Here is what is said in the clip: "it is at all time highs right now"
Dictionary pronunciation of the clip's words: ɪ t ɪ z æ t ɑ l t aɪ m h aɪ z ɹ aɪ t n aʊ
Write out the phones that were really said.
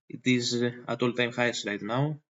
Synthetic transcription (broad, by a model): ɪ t ɪ z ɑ t ɑ l t aɪ m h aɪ s ɹ aɪ t n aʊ